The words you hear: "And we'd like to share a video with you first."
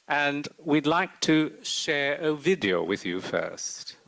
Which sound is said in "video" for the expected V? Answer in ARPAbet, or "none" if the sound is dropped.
V